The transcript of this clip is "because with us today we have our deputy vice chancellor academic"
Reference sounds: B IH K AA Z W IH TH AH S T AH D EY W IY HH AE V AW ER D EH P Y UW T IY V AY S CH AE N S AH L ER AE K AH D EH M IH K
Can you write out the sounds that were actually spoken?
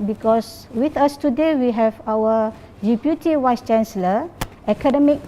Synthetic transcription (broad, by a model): B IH K AA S W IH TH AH S T AH D EY W IY HH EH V AW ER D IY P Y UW T IY W AY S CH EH N S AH L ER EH K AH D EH M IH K